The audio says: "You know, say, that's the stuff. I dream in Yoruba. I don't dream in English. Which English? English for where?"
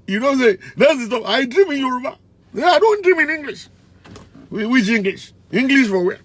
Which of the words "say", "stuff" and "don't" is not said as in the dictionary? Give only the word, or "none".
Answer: stuff